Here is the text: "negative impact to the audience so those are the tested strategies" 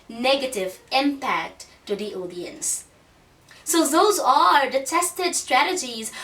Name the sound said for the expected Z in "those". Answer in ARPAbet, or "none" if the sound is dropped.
Z